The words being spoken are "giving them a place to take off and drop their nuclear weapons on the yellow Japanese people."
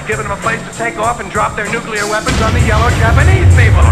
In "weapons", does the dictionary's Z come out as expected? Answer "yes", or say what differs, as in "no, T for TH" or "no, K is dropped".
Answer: yes